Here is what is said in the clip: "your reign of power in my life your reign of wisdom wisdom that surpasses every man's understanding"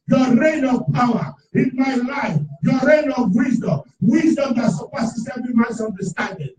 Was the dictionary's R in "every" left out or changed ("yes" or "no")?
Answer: yes